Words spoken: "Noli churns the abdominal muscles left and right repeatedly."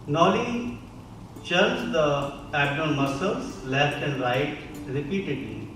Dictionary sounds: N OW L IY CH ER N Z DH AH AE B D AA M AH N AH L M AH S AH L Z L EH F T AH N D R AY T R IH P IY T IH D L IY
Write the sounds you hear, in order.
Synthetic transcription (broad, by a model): N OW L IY CH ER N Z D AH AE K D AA AH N M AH S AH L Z L EH F T AH N D R AY T R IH P IY T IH D L IY